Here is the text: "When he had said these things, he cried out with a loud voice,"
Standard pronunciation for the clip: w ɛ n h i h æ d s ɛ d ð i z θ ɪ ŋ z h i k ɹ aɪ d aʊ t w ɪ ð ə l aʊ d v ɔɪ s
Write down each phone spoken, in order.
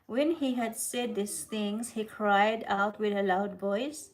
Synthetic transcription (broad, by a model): w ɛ n h i h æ d s ɛ d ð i s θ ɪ ŋ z h i k ɹ aɪ d aʊ t w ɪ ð ə l aʊ d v ɔɪ s